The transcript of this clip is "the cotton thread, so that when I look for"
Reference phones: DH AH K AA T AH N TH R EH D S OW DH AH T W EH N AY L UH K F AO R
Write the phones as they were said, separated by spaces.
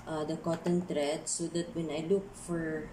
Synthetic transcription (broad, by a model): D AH K AA T AH N T R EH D S OW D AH T W EH N AY L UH K F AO R